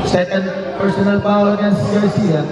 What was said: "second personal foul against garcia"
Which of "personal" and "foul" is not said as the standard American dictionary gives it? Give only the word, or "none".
foul